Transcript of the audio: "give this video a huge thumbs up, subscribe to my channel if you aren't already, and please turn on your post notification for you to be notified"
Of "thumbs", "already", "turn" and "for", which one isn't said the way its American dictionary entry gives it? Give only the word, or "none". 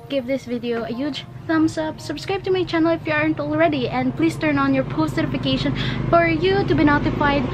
thumbs